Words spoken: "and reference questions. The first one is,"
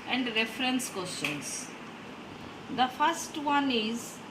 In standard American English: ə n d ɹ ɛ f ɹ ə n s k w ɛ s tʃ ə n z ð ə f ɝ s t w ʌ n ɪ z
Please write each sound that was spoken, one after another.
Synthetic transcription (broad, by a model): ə n d ɹ ɛ f ɹ ə n s k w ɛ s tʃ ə n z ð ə f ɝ s t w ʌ n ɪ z